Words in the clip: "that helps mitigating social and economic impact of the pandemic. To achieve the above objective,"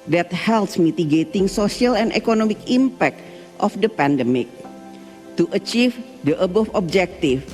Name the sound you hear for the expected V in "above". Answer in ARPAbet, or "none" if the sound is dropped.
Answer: F